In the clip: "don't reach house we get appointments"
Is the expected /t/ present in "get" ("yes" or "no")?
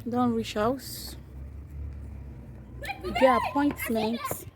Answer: no